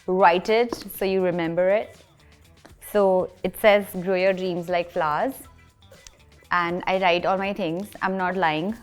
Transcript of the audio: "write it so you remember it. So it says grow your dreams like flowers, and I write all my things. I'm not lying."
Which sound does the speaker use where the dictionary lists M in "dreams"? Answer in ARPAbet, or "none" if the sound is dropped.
M